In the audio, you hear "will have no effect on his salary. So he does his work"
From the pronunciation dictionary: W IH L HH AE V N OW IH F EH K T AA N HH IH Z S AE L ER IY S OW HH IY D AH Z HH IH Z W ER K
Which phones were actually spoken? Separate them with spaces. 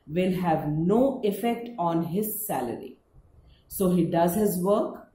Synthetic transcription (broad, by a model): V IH L HH AE V N OW IH F EH K T AA N HH IH Z S AE L ER IY S OW HH IY D AH Z HH IH Z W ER K